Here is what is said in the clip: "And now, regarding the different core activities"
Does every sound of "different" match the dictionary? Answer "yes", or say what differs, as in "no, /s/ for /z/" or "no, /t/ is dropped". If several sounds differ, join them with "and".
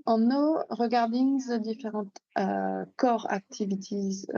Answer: no, /n/ is dropped